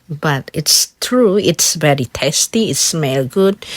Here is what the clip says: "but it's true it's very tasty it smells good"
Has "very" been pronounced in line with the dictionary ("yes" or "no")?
no